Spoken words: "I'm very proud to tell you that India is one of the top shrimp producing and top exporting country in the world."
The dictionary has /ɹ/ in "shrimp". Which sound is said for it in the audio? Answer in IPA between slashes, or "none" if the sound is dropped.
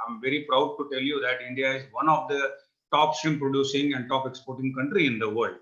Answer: none